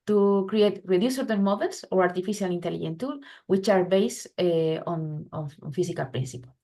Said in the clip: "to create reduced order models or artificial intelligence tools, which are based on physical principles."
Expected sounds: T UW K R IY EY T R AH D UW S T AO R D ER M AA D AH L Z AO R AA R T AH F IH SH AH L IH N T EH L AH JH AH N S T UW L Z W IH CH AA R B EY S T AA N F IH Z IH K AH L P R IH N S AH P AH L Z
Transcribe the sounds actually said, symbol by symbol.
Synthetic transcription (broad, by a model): T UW K R IY EY T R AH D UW S AO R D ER M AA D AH L S AO R AA R T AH F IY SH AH L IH N T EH L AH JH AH N T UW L W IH CH AA R B EY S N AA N F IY S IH K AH L P R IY N S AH P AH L